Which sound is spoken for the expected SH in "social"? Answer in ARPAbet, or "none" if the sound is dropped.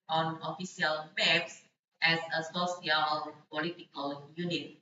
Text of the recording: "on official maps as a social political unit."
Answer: S